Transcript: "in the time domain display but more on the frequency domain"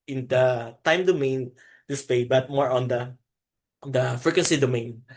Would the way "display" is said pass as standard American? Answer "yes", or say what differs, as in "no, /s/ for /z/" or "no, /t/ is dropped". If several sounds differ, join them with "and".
no, /l/ is dropped